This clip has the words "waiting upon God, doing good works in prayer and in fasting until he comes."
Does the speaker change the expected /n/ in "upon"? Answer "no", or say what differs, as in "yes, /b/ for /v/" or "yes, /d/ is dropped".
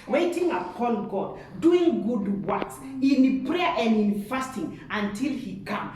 yes, /l/ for /n/